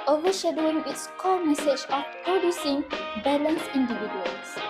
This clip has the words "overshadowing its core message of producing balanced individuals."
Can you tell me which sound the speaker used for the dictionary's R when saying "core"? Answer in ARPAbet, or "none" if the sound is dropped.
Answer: L